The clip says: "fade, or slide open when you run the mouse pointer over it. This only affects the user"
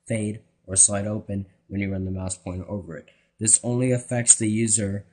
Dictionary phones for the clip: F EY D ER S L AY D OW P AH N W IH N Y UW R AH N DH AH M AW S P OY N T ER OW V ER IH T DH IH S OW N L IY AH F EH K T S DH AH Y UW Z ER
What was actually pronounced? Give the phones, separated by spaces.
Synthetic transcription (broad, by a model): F EY D ER S L AY D OW P AH N W IH N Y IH R AH N DH AH M AW S P OY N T OW V ER IH T DH IH S OW N L IY AH F EH K T S DH AH Y UW Z ER